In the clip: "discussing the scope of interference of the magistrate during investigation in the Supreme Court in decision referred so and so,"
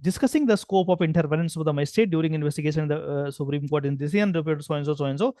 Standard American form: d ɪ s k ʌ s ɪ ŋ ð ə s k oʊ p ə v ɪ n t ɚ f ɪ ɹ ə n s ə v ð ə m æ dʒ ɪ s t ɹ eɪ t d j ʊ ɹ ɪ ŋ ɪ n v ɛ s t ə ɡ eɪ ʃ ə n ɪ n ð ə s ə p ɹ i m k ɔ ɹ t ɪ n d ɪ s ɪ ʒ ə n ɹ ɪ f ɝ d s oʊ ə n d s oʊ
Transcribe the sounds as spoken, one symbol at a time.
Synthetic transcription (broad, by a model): d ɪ s k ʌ s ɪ ŋ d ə s k oʊ p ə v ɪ n t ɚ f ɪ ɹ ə n s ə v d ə m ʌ ɪ s t eɪ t d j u ɹ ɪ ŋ ɪ n v ɛ s t ə ɡ eɪ ʃ ə n ɪ n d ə s ə p ɹ i m k ɔ ɹ t ɪ n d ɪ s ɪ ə n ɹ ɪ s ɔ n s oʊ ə n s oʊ